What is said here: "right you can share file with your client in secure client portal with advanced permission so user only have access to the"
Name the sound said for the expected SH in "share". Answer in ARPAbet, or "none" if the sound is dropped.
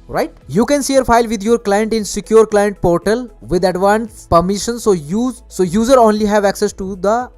S